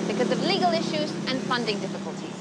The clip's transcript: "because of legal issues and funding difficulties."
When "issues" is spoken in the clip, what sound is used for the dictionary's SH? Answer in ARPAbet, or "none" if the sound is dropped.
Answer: SH